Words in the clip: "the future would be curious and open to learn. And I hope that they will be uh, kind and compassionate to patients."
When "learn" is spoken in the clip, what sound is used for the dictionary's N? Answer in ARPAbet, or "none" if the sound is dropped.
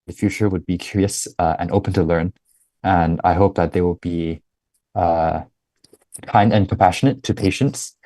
N